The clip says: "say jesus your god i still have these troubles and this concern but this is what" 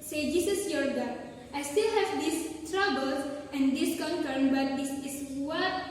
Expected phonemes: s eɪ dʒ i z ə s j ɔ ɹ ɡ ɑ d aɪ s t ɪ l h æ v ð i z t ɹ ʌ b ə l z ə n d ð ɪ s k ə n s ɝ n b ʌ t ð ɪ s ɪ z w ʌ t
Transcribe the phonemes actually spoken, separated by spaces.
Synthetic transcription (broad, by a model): s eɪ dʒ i s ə s j ɔ ɹ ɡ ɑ aɪ s t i l h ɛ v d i s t ɹ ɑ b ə l s ə n d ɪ s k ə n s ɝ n b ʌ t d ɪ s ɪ s w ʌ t